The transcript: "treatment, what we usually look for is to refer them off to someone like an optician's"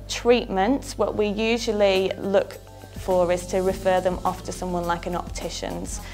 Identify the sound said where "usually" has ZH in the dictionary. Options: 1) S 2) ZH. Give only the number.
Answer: 2